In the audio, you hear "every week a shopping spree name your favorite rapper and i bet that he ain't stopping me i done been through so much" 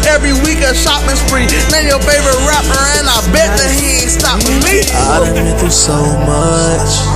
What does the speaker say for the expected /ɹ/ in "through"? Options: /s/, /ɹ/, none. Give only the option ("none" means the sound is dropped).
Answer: none